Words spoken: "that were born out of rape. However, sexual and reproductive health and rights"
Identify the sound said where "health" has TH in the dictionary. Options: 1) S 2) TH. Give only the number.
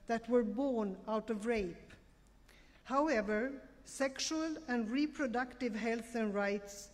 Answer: 2